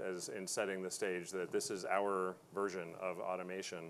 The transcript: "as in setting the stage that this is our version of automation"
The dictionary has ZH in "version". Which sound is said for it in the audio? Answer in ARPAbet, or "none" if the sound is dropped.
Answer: ZH